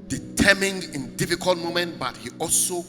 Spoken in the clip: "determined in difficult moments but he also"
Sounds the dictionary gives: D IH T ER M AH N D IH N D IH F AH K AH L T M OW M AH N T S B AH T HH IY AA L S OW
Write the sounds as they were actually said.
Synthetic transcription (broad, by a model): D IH T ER M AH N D IH N D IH F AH K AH L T M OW M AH N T B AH T HH IY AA L S OW